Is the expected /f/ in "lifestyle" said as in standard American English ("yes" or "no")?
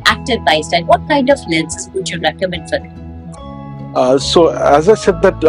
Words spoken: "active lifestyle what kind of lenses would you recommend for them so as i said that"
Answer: no